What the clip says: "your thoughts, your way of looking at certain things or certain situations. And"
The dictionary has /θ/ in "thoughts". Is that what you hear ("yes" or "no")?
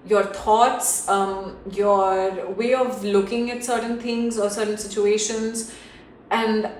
no